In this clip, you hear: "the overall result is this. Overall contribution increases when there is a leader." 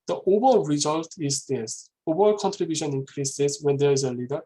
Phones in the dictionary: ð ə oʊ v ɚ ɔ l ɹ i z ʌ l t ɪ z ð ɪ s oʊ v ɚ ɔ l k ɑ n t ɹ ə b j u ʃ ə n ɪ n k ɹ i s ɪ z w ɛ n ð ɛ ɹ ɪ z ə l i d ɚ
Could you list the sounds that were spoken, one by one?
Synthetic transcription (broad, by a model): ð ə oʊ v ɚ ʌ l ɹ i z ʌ l t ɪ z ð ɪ s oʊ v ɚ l k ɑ n t ɹ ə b j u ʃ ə n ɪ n k ɹ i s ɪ s w ɛ n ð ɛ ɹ ɪ z ə l i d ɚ